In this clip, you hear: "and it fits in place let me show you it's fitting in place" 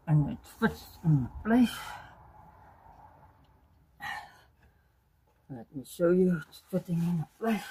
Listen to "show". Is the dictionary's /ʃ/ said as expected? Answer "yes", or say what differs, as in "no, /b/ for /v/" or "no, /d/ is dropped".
no, /s/ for /ʃ/